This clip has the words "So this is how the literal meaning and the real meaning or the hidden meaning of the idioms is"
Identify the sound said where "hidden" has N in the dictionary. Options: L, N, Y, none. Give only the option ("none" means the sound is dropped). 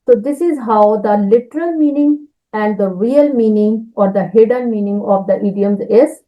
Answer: L